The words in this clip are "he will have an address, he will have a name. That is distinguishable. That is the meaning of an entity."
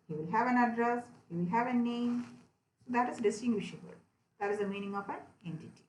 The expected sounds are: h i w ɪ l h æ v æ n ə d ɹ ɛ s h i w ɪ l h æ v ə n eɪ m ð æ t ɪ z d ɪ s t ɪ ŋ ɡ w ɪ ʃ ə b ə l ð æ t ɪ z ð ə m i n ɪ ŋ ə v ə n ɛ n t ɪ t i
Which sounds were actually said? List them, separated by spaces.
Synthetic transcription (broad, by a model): h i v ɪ l h æ v æ n ə d ɹ ɛ s h i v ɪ l h æ v ə n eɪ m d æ t ɪ z d ɪ s t ɪ ŋ ɡ w ɪ ʃ ə b ə l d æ t ɪ z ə m i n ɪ ŋ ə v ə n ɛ n t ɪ t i